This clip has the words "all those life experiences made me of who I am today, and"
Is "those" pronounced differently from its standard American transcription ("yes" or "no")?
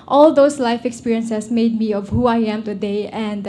yes